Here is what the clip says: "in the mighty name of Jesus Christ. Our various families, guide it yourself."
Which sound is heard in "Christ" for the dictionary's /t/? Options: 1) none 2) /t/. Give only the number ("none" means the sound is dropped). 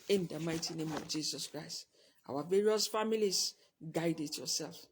2